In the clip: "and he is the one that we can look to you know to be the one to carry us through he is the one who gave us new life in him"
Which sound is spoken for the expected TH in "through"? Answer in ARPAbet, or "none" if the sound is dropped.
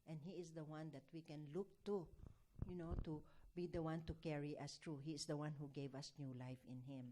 T